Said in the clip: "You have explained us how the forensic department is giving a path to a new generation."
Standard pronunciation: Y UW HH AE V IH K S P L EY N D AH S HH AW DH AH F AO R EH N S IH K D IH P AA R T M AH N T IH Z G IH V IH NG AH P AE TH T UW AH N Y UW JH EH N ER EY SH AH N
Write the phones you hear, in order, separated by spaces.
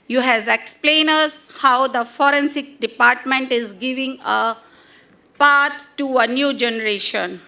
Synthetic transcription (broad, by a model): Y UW HH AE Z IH K S P L EY N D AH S HH AW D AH F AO R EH N S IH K D IH P AA R T M AH N T IH Z G IH V IH NG AH P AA T T UW AH N Y UW JH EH N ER EY SH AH N